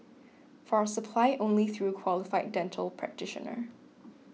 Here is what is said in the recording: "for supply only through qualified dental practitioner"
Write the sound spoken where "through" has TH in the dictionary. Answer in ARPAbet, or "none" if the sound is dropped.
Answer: TH